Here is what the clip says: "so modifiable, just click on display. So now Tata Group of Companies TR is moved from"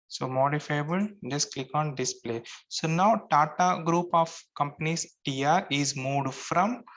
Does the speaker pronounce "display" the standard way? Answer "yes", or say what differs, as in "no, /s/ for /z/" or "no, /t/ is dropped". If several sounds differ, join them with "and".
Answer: yes